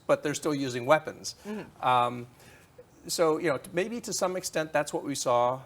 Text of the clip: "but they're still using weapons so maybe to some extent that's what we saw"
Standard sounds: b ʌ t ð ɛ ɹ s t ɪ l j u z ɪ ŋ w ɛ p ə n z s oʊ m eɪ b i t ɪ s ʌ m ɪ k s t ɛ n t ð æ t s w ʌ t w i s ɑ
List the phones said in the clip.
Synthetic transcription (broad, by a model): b ʌ t ð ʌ ɹ s t ɪ l j u z ɪ ŋ w ɛ p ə n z s oʊ m eɪ b i t ɪ s ʌ m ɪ k s t ɛ n ð æ t s w ʌ t w i s ɑ